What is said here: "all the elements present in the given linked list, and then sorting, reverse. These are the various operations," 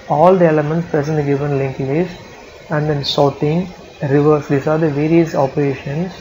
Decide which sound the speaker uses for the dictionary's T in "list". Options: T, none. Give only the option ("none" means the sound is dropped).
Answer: none